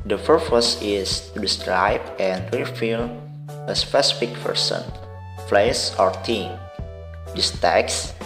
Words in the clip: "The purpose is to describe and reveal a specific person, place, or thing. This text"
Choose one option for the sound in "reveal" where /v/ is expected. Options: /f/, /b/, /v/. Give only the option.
/f/